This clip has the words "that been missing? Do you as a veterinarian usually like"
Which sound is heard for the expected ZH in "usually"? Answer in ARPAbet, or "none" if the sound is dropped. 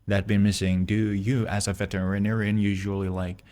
ZH